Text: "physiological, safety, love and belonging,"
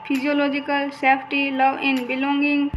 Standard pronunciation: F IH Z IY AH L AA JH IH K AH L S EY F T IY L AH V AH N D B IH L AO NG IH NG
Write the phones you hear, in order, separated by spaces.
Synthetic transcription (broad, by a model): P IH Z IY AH L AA JH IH K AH L S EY P T IY L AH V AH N B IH L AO NG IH NG